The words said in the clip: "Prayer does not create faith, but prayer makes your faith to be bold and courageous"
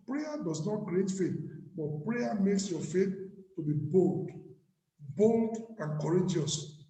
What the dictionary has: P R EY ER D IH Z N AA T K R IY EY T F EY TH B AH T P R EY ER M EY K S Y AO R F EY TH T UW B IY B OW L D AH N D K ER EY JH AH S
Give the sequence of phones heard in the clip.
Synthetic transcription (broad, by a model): P R EY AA D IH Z N AA T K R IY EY T F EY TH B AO T P R EY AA M EY K S Y AO F EY TH T UW B IY B OW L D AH L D K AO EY JH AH S